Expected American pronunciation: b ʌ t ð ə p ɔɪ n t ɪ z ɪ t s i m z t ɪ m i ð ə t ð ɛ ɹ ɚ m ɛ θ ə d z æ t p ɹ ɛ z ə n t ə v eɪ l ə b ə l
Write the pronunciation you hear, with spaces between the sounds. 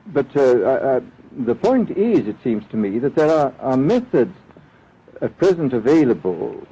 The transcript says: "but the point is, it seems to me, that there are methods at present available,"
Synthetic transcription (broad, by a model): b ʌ t ð ə p ɔɪ n t ɪ z ɪ t s i m z t ɪ m i ð ə t ð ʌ ɹ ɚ m ɛ θ ə d z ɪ t p ɹ ɛ z ə n t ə v eɪ l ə b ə l